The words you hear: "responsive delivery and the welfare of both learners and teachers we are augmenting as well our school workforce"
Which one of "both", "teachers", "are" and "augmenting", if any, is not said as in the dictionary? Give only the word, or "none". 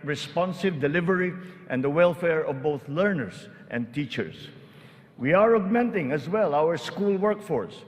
teachers